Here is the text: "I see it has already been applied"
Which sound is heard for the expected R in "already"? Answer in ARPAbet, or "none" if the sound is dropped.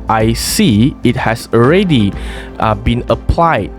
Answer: R